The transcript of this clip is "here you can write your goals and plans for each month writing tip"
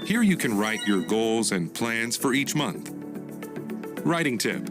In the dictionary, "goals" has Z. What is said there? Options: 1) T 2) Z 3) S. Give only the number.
2